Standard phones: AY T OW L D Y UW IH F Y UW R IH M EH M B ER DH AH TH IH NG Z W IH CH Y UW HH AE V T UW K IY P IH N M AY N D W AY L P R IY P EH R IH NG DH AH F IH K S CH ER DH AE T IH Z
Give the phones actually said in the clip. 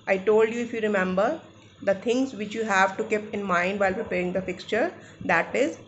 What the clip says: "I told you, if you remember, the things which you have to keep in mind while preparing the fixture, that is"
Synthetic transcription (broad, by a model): AY T OW L D Y UW IH F Y UW R IH M EH M B ER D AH T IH NG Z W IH CH Y UW HH AE V T UW K IY P IH N M AY N D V AY L P R IY P EH R IH NG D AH F IH K S CH ER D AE T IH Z